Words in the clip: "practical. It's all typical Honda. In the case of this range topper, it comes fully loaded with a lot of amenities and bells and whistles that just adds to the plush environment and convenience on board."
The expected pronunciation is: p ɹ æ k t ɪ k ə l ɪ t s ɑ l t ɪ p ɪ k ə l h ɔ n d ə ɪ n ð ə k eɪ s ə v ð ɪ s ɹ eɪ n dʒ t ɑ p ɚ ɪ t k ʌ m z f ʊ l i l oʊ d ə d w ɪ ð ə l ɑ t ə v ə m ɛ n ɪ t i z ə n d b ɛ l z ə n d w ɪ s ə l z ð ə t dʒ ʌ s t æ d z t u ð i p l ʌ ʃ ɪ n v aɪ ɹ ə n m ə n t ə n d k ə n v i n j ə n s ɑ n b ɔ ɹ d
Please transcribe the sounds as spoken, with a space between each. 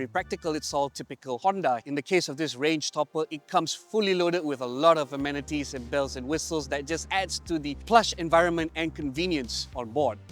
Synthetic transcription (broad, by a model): p ɹ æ k t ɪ k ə l ɪ t s ɑ l t ɪ p ɪ k ə l h ɔ n d ə ɪ n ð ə k eɪ s ə v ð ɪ s ɹ eɪ n dʒ t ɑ p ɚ ɪ t k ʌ m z f ʊ l i l oʊ d ə d w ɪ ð ə l ɑ t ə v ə m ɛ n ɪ t i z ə n b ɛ l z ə n w ɪ s ə l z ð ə t dʒ ʌ s t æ d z t u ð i p l ʌ ʃ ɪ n v aɪ ɹ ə n m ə n t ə n k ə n v i n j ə n s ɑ n b ɔ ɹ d